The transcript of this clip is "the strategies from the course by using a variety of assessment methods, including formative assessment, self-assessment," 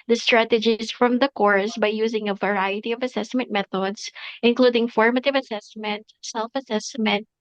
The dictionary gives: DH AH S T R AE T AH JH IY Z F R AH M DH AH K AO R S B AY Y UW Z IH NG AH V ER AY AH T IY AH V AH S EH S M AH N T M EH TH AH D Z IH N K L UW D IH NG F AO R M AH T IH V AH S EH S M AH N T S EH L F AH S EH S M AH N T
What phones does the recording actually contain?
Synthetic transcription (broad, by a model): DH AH S T R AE T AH JH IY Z F R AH M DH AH K AO R S B AY Y UW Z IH NG AH V ER AY AH T IY AH V AH S EH S M AH N T M EH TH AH D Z IH N K L UW D IH NG F AO R M AH T IH V AH S EH S M AH N T S EH L F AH S EH S M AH N T